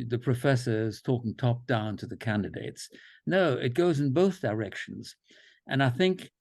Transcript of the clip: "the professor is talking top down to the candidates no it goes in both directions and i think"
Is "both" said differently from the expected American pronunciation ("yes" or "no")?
no